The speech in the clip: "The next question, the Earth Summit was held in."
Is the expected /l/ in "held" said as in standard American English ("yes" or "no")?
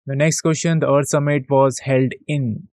yes